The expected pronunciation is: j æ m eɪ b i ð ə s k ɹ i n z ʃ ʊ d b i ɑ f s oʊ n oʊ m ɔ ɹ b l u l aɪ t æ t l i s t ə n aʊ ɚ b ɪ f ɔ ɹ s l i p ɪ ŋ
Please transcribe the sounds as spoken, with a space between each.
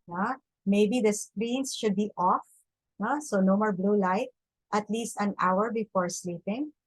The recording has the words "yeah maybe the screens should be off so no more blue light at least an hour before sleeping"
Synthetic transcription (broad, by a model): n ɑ m eɪ b i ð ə s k ɹ i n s ʃ ʊ d b i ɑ f s oʊ n oʊ m ɔ ɹ b l u l aɪ t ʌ t l i s t ə n aʊ ɚ b ɪ f ɔ ɹ s l i p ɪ ŋ